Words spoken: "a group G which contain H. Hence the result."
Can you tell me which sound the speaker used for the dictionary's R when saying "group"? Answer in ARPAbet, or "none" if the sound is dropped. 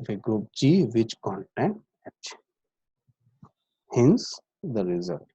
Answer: none